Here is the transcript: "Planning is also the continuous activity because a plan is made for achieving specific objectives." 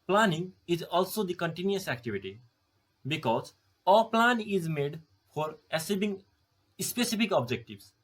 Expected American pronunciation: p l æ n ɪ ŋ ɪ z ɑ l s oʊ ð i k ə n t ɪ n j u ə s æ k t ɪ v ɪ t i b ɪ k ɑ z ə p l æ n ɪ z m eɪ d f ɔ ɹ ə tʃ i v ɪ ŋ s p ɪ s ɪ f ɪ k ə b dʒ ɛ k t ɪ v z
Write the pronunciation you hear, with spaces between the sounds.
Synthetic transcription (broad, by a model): p l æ n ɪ ŋ ɪ z ɑ l s oʊ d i k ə n t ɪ n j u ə s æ k t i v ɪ t i b ɪ k ɑ z ə p l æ n ɪ z m eɪ d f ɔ ɹ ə s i b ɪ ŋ s p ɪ s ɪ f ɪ k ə b dʒ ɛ k t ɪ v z